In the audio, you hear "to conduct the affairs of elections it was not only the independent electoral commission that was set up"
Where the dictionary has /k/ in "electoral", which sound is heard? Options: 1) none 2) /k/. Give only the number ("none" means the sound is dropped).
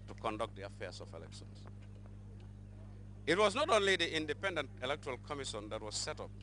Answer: 2